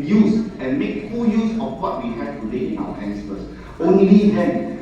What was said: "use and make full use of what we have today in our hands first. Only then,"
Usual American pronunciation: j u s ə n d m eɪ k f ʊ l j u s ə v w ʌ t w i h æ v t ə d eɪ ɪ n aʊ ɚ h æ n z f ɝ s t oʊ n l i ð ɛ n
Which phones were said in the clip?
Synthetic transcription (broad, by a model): j u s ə n m eɪ k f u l j u s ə f w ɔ t w i h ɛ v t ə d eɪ ɪ n aʊ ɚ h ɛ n s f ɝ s oʊ n l i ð ɛ n